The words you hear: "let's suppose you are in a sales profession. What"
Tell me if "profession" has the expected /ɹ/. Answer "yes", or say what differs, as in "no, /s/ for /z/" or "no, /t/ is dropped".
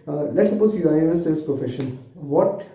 no, /ɹ/ is dropped